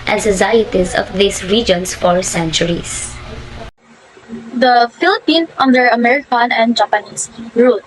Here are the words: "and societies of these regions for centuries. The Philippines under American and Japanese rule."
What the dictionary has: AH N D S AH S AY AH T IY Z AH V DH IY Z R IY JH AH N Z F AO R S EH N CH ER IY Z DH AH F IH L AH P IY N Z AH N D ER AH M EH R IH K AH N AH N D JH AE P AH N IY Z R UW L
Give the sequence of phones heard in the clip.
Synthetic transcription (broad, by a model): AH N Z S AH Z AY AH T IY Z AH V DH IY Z R IY JH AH N S F AO R S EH N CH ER IY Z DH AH F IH L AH P IY N AH N D ER AH M EH R IH K AH N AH N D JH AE P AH N IY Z R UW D